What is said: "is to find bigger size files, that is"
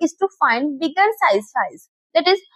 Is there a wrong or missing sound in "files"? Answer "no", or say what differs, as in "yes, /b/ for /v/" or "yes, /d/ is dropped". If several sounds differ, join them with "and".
yes, /l/ is dropped